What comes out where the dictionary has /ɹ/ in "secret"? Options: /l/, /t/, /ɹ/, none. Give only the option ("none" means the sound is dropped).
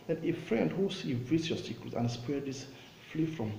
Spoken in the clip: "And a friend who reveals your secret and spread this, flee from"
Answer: none